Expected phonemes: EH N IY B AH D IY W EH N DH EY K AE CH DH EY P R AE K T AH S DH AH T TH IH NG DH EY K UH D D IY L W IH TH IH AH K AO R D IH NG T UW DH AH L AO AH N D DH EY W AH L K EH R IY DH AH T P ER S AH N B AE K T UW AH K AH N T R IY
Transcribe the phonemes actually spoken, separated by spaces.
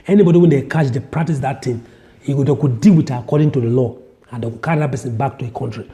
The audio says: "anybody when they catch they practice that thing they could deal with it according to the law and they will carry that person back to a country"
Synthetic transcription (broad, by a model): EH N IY B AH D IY W EH N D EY K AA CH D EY P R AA K T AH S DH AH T T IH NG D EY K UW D D IY L W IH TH IH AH K AO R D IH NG T UW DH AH L AO AH N D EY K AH K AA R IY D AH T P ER S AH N B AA K T UW AH K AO N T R IY